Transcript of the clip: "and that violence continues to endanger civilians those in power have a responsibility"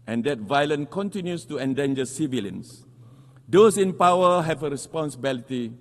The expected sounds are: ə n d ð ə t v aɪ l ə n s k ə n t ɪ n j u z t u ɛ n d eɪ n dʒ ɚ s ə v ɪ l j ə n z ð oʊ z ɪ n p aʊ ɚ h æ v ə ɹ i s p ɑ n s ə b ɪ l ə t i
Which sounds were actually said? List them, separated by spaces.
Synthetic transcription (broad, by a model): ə n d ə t v aɪ l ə n k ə n t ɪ n j u s t u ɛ n d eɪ n dʒ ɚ s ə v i l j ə n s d oʊ s ɪ n p aʊ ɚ h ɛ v ə ɹ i s p ɑ n s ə b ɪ l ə t i